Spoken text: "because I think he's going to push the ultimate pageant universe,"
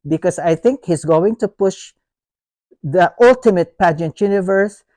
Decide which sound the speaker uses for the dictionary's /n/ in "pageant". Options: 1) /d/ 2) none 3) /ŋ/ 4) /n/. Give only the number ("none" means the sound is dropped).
4